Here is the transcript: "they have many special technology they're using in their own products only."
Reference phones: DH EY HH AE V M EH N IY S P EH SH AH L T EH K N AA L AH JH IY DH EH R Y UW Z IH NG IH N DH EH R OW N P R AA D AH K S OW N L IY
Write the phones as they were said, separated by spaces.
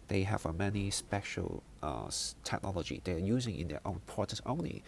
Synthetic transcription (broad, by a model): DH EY HH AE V M EH N IY S P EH SH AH L T EH K N AA L AH JH IY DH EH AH Y UW Z IH NG IH N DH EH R OW N P AA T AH S OW N L IY